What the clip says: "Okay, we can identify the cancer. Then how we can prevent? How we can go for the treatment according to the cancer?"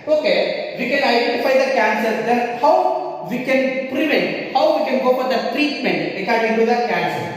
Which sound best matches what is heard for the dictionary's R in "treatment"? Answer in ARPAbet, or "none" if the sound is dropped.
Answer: R